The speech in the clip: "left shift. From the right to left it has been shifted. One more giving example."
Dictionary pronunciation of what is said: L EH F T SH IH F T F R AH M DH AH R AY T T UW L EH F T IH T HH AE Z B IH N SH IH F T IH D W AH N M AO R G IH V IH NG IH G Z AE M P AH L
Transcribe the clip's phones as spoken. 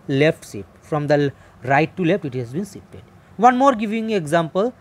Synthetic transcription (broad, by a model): L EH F T S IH T F R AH M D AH R AY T T UW L EH F T IH T HH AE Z B IH N S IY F T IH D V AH N M AO R G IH V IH NG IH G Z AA M P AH L